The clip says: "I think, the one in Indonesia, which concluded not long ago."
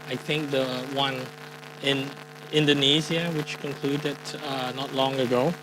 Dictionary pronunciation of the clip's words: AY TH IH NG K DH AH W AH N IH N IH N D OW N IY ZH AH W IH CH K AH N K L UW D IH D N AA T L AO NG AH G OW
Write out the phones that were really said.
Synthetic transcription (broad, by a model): AY TH IH NG K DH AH W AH N IH N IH N D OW N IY Z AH W IH CH K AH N K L UW D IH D N AA T L AO NG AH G OW